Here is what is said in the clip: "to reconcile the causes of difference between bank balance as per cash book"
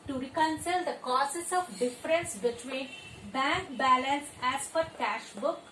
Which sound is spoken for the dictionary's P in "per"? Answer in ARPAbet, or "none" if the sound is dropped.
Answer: F